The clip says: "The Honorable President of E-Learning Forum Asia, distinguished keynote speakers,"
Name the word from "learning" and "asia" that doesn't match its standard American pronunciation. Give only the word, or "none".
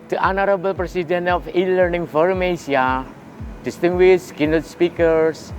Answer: asia